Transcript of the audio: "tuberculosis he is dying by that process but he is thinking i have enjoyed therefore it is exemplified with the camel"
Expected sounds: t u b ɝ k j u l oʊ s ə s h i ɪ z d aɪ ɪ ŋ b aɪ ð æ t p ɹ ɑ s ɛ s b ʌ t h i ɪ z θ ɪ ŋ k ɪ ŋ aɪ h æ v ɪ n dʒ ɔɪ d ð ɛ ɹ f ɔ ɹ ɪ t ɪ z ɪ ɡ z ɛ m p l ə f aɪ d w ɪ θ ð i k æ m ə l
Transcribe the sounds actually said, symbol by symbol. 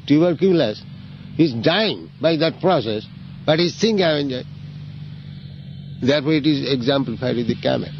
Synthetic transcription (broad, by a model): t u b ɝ k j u l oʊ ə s h i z d aɪ ɪ ŋ b aɪ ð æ t p ɹ ɑ s ɛ s b ʌ t h i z t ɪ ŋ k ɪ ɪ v ɪ n dʒ ɔɪ d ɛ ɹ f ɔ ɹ ɪ t ɪ z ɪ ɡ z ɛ m p l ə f aɪ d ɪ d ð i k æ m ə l